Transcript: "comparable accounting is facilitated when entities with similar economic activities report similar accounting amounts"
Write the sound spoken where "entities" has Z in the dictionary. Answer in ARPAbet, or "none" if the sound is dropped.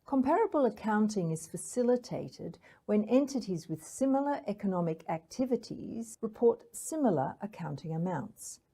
Z